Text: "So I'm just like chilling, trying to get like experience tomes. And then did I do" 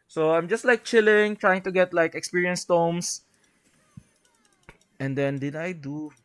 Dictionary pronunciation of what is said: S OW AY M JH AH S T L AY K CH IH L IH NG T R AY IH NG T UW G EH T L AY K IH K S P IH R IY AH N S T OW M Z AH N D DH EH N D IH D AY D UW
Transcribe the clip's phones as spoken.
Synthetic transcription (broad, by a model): S OW AY M JH AH S T L AY K CH IH L IH NG T R AY IH NG T UW G EH T L AY K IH K S P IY R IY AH N S T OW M S AH N D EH N D IH D AY D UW